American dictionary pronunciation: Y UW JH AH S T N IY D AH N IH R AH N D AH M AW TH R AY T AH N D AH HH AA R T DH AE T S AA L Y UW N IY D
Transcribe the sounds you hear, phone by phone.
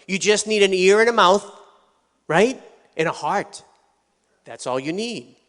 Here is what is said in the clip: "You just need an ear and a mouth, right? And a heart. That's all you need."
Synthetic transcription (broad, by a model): Y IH JH AH S T N IY D AH N IH R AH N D AH M AW TH R AY T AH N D AH HH AA R T DH AE T S AA L Y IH N IY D